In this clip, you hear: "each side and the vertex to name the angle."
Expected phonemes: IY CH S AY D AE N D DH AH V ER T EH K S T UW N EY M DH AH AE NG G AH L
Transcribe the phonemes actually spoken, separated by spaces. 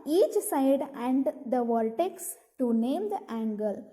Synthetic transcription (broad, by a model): IY CH S AY D AE N D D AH V ER T EH K S T UW N EY M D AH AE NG G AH L